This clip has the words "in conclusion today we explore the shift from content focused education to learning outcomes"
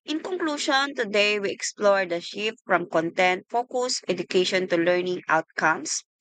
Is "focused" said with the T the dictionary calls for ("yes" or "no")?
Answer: no